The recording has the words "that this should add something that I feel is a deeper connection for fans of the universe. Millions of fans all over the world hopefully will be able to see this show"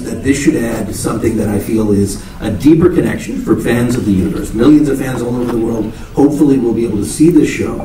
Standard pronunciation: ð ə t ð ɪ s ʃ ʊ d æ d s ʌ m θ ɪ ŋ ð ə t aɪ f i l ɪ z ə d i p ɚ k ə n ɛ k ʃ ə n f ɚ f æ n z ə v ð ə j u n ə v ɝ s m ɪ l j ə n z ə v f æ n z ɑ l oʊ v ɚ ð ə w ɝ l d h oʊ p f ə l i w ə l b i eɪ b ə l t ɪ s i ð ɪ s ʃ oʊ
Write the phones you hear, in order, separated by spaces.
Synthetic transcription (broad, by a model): ð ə t ð ɪ s ʃ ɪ d æ d s ʌ m θ ɪ ŋ ð ə t aɪ f i l ɪ z ə d i p ɚ k ə n ɛ k ʃ ə n f ɚ f æ n z ə v ð ə j u n ə v ɝ s m ɪ l j ə n z ə v f æ n z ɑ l oʊ v ɚ ð ə w ɝ l d h oʊ p f l i w ə l b i eɪ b l t ɪ s i ð ɪ s ʃ oʊ